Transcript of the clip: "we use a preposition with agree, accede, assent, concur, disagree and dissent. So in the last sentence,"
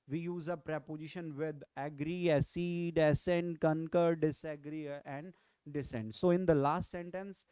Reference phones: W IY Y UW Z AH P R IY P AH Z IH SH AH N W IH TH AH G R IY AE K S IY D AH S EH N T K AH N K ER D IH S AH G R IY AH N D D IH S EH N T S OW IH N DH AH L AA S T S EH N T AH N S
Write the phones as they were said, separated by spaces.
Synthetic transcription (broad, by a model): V IY Y UW Z AH P R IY P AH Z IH SH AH N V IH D AH G R IY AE S IY D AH S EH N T K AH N K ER D IH S AH G R IY AH N D D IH S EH N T S OW IH N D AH L AA S T S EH N T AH N S